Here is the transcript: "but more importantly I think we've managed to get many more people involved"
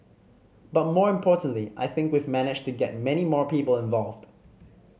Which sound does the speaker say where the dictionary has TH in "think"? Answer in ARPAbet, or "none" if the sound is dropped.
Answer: TH